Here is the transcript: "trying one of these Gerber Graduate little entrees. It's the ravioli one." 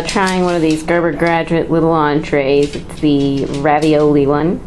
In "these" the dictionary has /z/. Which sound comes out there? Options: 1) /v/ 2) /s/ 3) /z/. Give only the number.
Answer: 3